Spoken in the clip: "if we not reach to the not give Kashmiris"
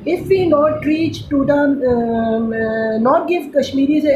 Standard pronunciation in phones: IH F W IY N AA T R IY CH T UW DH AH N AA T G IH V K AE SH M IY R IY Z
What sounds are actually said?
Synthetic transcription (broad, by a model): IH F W IY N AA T R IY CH T UW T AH N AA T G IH F K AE SH M IY R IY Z